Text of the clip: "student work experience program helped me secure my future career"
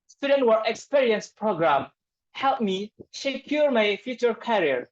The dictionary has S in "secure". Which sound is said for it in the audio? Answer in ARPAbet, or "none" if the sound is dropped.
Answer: SH